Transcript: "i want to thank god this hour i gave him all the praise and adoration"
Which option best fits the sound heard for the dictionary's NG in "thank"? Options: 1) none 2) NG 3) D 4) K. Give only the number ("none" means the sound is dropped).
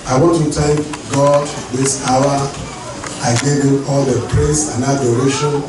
1